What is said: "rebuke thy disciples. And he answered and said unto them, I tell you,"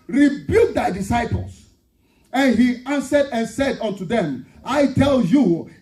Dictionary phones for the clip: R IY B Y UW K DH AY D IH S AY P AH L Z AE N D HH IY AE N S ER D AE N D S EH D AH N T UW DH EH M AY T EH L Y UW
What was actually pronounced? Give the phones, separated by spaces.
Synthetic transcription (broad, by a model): R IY B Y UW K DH AY D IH S AY P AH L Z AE N HH IY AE N S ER D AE N S EH D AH N T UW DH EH M AY T EH L Y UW